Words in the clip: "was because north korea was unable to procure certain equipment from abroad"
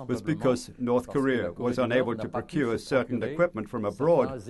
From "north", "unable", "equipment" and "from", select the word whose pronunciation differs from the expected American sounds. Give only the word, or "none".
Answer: none